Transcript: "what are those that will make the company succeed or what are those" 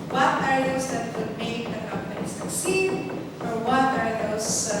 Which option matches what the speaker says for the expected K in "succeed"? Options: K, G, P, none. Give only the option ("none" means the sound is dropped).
none